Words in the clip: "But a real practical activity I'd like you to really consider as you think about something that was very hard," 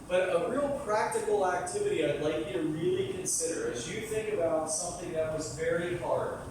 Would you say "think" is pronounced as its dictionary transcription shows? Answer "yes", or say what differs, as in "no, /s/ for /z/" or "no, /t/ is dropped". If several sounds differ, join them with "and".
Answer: yes